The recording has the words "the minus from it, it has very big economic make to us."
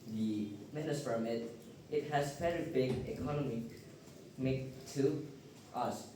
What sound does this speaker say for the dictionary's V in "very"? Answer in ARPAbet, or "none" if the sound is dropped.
P